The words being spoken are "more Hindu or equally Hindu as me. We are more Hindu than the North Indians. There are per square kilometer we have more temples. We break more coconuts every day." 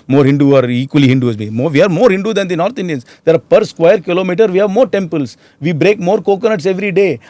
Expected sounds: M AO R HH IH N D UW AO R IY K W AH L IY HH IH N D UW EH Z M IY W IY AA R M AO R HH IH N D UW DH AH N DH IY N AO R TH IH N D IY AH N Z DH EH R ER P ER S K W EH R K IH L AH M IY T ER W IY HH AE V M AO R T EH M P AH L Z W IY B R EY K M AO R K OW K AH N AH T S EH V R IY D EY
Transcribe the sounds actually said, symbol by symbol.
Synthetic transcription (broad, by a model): M AO R HH IH N D UW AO R IY K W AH L IY HH IH N D UW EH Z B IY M IY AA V M AO R HH IH N D UW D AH N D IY N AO R T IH N D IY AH N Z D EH R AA P ER S K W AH R K IH L AH M IY T ER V IY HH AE V M AO R T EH M P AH L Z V IY B R EY K M AO R K OW K AH N AH T S EH V R IY D EY